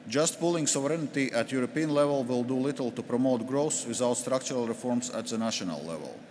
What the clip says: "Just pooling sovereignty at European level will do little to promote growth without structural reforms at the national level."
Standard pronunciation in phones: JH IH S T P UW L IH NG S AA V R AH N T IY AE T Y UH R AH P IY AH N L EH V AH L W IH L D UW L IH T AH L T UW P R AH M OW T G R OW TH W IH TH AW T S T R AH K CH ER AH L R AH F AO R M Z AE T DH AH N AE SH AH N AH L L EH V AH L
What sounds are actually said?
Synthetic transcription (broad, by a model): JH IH S T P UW L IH NG S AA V R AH N T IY AE T Y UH R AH P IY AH N L EH V AH L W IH L D UW L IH T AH L T UW P R AH M OW T G R OW S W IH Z AW T S T R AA K CH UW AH L R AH F AO R M S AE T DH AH N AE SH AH N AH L L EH V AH L